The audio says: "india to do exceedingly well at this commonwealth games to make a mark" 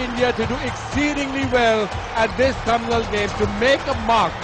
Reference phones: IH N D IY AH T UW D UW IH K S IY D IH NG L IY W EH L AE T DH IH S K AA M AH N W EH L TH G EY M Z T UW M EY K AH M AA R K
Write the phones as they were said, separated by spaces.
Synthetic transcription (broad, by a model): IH N D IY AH T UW D UW IH K S IY D IH NG L IY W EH L AE T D IH S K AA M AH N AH L G EY M T UW M EY K AH M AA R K